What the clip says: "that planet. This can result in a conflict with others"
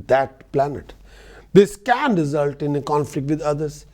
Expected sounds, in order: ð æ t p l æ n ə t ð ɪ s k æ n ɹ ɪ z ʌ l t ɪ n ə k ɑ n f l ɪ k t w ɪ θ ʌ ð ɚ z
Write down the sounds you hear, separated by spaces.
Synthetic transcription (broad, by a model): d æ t p l æ n ə t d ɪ s k æ n ɹ ɪ z ʌ l t ɪ n ə k ɑ n f l ɪ k t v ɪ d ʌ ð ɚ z